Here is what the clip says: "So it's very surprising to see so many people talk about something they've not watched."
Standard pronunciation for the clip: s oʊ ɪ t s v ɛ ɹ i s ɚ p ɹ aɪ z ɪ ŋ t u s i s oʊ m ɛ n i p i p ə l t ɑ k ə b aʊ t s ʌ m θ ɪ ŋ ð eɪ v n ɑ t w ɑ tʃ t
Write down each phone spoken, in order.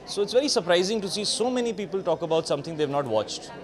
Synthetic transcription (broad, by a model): s oʊ ɪ t s v ɛ ɹ i s ɚ p ɹ aɪ z ɪ ŋ t u s i s oʊ m ɛ n i p i p ə l t ɑ k ə b aʊ t s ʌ m t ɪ ŋ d eɪ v n ɑ t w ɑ tʃ t